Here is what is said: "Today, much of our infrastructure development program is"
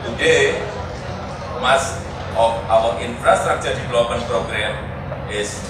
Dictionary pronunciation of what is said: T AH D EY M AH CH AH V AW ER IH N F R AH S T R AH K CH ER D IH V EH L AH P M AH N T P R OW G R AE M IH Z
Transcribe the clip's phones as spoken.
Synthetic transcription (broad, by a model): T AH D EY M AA S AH F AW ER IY N F R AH S T R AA K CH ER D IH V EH L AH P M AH N P R OW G R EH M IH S